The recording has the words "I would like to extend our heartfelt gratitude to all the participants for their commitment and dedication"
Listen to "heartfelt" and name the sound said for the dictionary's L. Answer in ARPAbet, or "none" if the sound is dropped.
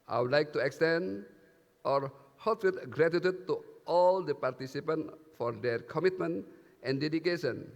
none